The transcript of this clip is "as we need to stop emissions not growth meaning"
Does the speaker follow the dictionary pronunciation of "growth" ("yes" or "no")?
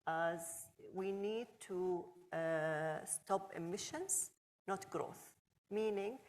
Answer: yes